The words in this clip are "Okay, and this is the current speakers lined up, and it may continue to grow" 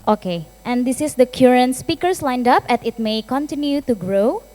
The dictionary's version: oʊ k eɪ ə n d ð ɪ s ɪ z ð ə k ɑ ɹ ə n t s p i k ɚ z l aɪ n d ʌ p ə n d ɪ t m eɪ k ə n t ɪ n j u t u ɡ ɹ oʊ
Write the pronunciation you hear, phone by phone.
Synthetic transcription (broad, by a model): oʊ k eɪ ə n d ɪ s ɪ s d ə k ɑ ɹ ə n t s p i k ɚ s l aɪ n d ʌ p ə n ɪ t m eɪ k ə n t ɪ n j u t u ɡ ɹ oʊ